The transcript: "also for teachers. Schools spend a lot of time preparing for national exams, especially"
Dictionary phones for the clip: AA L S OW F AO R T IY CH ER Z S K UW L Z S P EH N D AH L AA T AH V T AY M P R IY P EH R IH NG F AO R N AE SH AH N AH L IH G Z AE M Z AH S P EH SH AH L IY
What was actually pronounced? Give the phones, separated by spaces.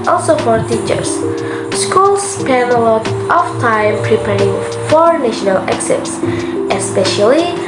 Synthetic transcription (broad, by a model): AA L S OW F AO R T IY CH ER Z S K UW L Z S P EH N AH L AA T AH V T AY M P R IY P EH R IH NG F AO R N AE SH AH N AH L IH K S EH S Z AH S P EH SH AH L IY